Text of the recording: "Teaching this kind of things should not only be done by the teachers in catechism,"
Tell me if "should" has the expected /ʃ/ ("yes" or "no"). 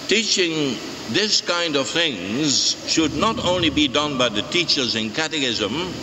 yes